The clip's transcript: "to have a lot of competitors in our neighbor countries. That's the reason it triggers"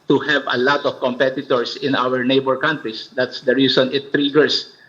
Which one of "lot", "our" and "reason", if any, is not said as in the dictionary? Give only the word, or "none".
reason